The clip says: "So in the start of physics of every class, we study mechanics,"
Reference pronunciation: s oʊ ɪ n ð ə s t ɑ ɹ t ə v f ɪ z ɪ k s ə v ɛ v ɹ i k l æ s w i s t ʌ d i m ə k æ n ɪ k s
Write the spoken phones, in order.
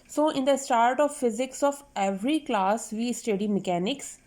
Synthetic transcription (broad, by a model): s oʊ ɪ n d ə s t ɑ ɹ t ə v f ɪ z ɪ k s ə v ɛ v ɹ i k l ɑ s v i s t ʌ d i m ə k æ n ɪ k s